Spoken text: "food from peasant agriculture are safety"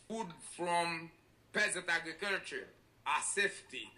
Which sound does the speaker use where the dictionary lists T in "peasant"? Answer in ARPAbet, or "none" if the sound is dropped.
T